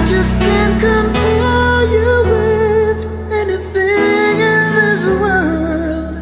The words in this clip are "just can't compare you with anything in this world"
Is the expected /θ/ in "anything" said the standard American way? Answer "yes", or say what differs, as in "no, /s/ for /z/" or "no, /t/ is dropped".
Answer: yes